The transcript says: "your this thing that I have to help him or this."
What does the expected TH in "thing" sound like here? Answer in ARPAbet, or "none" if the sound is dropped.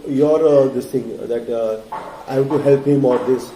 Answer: T